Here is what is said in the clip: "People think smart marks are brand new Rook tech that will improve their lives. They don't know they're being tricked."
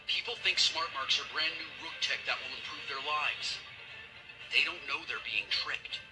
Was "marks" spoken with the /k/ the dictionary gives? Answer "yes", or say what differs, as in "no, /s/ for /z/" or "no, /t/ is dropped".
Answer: yes